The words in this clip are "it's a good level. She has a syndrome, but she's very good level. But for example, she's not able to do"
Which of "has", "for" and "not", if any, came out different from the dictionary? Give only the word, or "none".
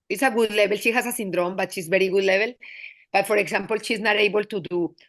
has